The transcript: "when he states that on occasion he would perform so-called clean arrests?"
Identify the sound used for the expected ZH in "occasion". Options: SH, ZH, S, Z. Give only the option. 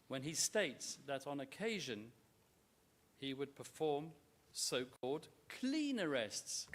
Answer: ZH